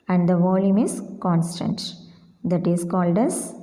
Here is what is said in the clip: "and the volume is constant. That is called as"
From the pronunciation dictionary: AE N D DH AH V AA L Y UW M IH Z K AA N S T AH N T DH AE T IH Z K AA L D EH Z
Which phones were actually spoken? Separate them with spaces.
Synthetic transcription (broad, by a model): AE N D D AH V AA L Y UW M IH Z K AA N S T AH N T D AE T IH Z K AA L D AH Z